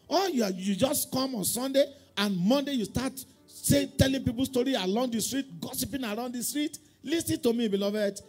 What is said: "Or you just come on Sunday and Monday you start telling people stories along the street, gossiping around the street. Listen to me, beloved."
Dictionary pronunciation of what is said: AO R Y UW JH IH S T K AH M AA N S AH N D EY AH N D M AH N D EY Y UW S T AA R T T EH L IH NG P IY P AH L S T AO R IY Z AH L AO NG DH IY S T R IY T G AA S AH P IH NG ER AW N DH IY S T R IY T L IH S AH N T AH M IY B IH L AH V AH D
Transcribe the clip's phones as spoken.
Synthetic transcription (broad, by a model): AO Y Y UW JH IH S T K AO M AA N S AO N D EY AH N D M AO N D EY Y UW S T AA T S T EH L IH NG P IY P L S T AO R IY AH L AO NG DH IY S T R IY T G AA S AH P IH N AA AW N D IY S T R IY T L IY S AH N T AH M IY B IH L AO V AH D